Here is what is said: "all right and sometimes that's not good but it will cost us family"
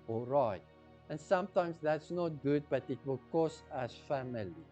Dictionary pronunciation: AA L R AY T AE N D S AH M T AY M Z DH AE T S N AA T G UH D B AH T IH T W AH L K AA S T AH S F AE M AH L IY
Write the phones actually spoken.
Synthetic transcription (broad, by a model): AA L R AY T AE N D S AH M T AY M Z DH AE T S N AA T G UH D B AH T IH T W AH L K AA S AH S F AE M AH L IY